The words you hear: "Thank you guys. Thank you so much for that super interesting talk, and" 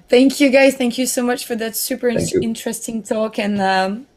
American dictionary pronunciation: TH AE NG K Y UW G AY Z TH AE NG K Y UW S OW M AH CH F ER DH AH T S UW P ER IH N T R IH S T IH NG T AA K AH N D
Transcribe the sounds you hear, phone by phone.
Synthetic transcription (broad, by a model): TH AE NG K Y UW G AY Z TH AE NG K Y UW S OW M AH CH F ER DH AH T S UW P ER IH N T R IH S T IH NG T AA K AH N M